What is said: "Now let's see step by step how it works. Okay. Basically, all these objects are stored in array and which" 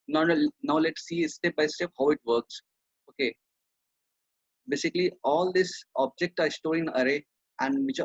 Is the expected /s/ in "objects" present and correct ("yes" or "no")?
no